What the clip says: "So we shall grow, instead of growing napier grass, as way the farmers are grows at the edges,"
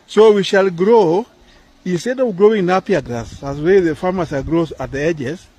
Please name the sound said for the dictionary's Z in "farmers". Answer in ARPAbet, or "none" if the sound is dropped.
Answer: S